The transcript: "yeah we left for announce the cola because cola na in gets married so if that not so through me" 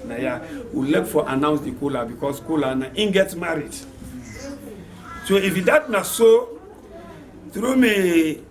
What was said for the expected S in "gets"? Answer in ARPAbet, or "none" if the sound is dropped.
none